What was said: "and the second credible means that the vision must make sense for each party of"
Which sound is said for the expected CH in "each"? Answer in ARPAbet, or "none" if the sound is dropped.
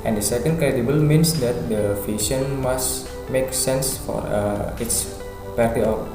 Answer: S